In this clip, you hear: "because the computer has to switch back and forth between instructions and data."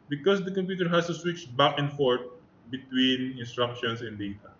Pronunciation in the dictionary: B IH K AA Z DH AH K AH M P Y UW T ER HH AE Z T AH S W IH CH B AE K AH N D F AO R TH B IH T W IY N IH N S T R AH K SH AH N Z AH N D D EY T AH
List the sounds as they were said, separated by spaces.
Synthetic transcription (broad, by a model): B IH K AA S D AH K AH M P Y UW T ER HH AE S T AH S W IH CH B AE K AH N F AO R T B IH T W IY N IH N S T R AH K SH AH N S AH N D D EY T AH